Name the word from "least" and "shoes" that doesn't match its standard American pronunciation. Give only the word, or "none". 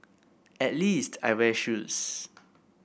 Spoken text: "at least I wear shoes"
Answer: shoes